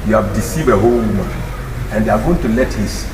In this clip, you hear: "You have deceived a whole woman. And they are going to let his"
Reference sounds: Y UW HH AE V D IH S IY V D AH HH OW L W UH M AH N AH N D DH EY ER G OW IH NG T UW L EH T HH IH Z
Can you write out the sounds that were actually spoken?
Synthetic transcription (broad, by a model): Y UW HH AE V D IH S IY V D AH HH OW L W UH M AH AH N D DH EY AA G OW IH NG T UW L EH T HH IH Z